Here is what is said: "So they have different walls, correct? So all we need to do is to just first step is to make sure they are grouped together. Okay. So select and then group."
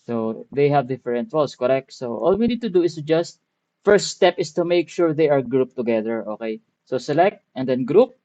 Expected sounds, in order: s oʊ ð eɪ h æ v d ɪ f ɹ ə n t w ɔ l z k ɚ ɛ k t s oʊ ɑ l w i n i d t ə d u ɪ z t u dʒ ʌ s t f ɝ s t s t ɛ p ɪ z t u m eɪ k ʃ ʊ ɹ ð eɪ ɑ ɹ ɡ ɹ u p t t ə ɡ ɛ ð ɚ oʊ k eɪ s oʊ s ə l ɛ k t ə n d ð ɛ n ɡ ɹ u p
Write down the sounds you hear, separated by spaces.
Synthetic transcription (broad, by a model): s oʊ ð eɪ h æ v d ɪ f ɹ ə n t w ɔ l s k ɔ ɛ k t s oʊ ɑ l w i n i d t ə d u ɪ s t u dʒ ʌ s t f ɝ s t s t ɛ p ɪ s t u m eɪ k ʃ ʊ ɹ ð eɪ ɑ ɹ ɡ ɹ u p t t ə ɡ ɛ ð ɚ oʊ k eɪ s oʊ s ə l ɛ k t ə n d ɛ n ɡ ɹ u p